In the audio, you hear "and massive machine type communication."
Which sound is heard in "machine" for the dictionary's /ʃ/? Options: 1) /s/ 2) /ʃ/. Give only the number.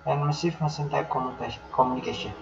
1